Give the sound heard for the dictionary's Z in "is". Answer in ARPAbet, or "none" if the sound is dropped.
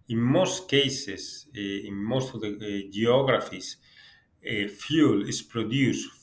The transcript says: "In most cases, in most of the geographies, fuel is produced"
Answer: S